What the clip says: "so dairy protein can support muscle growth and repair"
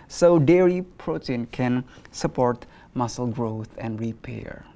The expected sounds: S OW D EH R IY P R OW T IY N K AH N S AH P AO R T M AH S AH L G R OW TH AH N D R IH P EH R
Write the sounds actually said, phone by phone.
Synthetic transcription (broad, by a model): S OW D EH R IY P R OW T IY N K AH N S AH P AO R T M AH S AH L G R OW TH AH N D R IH P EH R